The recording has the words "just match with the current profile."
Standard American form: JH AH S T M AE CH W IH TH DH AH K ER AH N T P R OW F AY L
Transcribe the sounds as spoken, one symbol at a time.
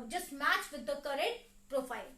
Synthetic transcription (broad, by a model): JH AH S M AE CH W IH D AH K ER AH T P R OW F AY L